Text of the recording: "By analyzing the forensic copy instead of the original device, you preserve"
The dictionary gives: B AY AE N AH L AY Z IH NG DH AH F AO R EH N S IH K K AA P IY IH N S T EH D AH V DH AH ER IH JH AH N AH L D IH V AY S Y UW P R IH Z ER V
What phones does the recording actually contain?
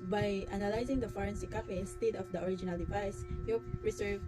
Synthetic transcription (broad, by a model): B AY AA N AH L AY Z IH NG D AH F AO R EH N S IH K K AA F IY IH N S T EH D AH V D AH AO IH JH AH N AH L D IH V AY S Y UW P R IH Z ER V